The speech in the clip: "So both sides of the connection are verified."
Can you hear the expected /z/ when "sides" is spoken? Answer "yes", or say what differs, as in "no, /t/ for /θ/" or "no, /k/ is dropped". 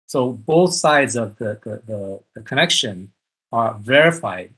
yes